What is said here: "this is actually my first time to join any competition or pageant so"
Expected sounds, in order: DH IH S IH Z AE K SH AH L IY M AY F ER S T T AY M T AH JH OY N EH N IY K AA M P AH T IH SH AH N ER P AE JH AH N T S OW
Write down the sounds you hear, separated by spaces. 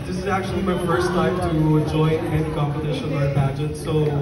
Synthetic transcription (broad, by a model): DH IH S IH Z AE K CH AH L IY M AY F ER S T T AY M T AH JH OY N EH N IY K AA M P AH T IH SH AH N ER B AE JH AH T S OW